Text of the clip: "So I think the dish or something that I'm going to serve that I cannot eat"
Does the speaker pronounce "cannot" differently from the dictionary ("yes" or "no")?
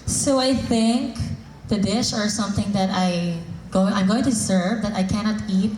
no